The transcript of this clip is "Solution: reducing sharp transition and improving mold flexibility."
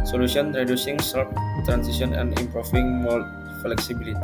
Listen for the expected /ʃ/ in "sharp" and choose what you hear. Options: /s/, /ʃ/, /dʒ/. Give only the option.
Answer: /s/